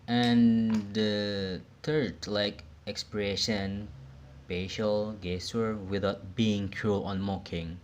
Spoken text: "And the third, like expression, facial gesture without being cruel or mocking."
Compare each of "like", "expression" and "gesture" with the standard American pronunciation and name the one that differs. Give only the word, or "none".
gesture